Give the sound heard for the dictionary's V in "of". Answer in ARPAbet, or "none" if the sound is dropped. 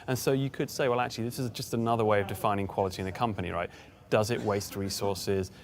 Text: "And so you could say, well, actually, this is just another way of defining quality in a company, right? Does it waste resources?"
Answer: V